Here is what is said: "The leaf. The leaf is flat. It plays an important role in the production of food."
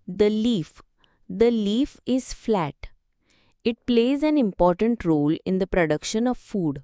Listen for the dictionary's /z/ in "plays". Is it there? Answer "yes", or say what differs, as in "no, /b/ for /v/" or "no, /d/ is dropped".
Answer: yes